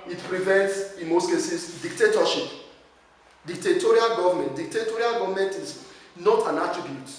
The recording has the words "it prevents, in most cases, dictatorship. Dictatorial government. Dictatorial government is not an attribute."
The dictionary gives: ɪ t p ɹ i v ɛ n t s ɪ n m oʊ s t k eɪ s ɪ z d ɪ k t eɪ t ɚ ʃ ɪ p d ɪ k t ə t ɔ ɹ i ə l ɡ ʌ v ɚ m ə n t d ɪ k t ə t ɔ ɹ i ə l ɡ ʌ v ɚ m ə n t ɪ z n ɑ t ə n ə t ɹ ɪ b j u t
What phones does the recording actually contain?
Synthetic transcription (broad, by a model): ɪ t p ɹ i v ɛ n t s ɪ n m oʊ s t k eɪ s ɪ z d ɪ k t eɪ t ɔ ʃ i p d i k t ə t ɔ ɹ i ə l ɡ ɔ v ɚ m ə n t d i k t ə t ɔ ɹ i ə l ɡ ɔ v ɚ m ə n t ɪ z n ɑ t ə n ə t ɹ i b j u t